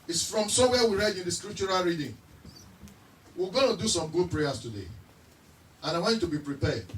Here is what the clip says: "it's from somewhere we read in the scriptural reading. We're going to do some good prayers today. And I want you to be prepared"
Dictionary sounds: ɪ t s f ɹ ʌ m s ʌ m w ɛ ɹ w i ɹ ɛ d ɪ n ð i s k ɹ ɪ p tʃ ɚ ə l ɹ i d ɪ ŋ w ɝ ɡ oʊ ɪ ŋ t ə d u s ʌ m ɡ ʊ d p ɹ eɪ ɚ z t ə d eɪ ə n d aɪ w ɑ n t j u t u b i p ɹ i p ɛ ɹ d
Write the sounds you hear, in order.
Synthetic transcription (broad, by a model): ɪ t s f ɹ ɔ m s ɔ w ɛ w i ɹ ɛ d ɪ n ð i s k ɹ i p tʃ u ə l ɹ i d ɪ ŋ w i ɡ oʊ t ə d u s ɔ m ɡ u d p ɹ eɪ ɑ s t ə d eɪ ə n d aɪ w ɑ n t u t u b i p ɹ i p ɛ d